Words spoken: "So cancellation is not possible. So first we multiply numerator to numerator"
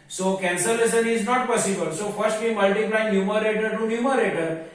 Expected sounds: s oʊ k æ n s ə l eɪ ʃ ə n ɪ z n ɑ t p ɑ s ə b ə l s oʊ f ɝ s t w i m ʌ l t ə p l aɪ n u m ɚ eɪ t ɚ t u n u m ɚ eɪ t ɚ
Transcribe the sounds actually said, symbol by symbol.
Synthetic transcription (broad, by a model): s oʊ k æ n s ə l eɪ s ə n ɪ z n ɑ t p ɑ s ə b ə l s oʊ f ɝ s t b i m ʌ l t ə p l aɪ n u m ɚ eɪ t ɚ t u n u m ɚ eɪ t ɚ